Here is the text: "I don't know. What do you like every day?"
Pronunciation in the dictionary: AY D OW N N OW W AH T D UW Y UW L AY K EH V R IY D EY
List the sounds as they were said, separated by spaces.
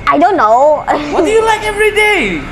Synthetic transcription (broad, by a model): AY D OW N N OW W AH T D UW Y UW L AY K EH V R IY D EY